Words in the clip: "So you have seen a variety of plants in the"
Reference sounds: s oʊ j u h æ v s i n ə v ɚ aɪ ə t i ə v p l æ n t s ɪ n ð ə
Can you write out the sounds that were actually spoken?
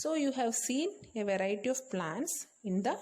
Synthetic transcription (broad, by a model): s oʊ j u h æ v s i n ə v ɚ aɪ ə t i ə v p l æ n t s ɪ n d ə